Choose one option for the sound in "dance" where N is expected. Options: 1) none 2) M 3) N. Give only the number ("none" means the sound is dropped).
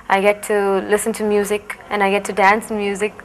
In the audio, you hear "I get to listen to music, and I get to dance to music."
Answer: 3